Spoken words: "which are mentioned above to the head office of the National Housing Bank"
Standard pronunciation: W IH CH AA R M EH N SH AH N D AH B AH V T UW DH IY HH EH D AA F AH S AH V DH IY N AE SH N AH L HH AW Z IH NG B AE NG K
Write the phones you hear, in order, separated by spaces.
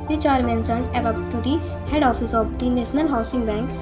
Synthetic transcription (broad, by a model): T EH CH AA R M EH N S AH N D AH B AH B T UW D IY HH EH D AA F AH S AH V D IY N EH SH N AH L HH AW S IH NG B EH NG K